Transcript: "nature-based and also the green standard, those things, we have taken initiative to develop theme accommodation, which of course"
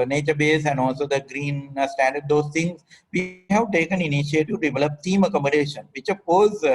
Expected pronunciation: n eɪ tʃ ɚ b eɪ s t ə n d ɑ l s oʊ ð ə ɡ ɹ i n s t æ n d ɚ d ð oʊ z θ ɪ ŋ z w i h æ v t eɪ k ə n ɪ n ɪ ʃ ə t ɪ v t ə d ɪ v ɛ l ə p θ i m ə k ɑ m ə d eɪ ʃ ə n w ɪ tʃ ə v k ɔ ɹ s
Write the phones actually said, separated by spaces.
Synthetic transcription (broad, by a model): n eɪ tʃ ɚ b eɪ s ə n d ɑ l s oʊ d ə ɡ ɹ i n s t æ n d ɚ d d oʊ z t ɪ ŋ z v i h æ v t eɪ k ə n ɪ n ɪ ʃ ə t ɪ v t d ɪ v ɛ l ə p t i m ə k ɑ m ə d eɪ ʃ ə n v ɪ tʃ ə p ɔ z